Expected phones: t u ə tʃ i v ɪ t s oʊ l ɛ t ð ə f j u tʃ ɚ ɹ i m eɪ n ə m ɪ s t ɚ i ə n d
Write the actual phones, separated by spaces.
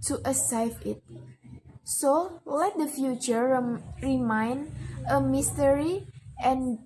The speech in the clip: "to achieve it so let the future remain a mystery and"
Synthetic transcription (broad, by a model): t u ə s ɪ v ɪ t s oʊ l ɛ t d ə f j u tʃ ɚ ɹ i m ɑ n ə m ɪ s t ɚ i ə n